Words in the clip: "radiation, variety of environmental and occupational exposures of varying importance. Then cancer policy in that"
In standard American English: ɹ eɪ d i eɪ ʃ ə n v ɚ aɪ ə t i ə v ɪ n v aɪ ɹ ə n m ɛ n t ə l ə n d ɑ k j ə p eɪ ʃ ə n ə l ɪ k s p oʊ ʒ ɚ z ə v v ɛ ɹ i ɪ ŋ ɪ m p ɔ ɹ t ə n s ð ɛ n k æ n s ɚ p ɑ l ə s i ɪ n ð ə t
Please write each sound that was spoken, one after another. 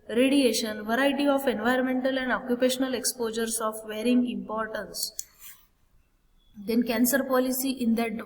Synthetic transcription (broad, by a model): ɹ eɪ d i eɪ ʃ ə n v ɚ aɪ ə t i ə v ɪ n v aɪ ɹ ə n m ɛ n t ə l ə n d ɑ k j ə p eɪ ʃ ə n ə l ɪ k s p oʊ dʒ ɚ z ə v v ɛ ɹ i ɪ ŋ ɪ m p ɔ ɹ t ə n s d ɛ n k æ n s ɚ p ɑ l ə s i ɪ n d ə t